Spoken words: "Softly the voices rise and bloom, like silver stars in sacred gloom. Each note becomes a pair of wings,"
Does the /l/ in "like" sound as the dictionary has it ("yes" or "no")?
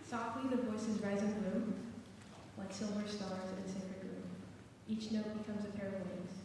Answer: no